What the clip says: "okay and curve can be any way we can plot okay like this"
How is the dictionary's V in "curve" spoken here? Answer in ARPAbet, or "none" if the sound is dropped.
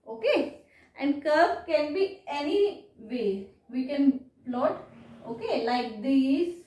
B